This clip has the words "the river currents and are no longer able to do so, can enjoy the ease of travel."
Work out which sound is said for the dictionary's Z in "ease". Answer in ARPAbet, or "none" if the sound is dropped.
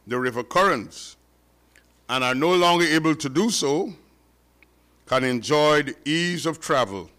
Z